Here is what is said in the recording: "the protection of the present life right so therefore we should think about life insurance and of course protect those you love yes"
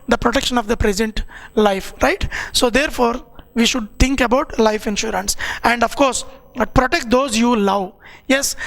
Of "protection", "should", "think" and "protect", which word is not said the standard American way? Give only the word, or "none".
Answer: think